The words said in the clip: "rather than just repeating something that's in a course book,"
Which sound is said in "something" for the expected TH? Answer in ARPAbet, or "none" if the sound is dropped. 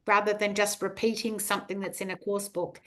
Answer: TH